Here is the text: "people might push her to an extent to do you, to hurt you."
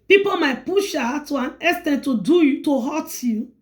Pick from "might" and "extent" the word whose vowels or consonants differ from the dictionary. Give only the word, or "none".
extent